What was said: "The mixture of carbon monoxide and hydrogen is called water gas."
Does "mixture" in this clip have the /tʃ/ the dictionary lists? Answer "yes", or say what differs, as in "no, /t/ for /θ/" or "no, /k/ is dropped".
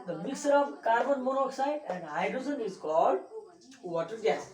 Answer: no, /tʃ/ is dropped